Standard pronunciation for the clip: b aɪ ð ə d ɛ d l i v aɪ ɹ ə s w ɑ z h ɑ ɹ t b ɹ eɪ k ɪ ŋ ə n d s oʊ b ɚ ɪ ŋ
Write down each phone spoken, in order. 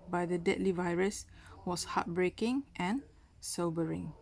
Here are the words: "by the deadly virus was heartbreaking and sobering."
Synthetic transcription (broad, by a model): b aɪ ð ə d ɛ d l i v aɪ ɹ ə s w ɑ s h ɑ t b ɹ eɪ k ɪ ŋ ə n s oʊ b ɚ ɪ ŋ